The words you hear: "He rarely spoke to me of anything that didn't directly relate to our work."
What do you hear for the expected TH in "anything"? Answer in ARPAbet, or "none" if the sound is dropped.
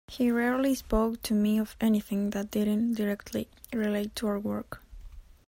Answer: TH